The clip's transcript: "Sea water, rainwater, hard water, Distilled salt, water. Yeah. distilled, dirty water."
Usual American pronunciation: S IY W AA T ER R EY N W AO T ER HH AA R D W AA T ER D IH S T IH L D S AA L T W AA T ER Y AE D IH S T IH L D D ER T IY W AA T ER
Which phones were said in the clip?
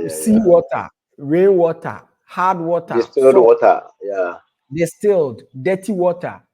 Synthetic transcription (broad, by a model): S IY W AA T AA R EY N W AO T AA HH AA D W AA T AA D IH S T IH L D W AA T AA Y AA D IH S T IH L D D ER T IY W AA T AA